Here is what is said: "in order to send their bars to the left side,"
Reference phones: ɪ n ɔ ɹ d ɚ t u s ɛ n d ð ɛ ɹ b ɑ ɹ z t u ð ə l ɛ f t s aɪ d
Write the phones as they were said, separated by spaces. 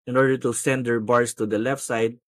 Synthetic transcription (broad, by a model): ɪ n ɔ ɹ d ɚ t u s ɛ n d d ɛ ɹ b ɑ ɹ s t u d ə l ɛ f t s aɪ d